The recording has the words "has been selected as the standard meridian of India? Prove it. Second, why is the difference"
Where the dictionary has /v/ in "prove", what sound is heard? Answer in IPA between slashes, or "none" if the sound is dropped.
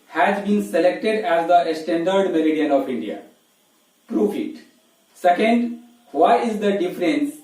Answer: /f/